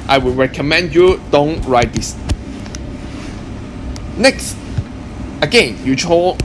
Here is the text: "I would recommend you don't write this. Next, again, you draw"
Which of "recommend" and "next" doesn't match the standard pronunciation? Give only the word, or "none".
none